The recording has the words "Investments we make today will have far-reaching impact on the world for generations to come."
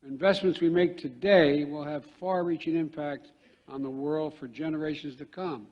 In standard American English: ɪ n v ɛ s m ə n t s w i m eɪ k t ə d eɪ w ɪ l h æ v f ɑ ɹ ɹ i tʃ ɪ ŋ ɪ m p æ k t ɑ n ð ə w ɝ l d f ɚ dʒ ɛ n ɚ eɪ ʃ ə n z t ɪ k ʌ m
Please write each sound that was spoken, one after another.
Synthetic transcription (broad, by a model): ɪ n v ɛ s m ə n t s w i m eɪ k t ə d eɪ w ɪ l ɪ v f ɑ ɹ ɹ i tʃ ɪ ŋ ɪ m p æ k t n ð ə w ɝ l d f ɚ dʒ ɛ n ɚ eɪ ʃ ə n z t ɪ k ʌ m